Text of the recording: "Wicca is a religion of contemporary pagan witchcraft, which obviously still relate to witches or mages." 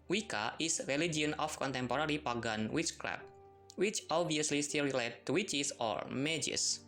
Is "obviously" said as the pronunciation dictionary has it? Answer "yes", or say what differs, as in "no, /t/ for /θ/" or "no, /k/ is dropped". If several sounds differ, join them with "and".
yes